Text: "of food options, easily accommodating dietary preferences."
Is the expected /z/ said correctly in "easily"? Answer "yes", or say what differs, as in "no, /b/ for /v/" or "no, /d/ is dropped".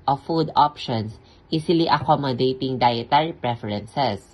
no, /s/ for /z/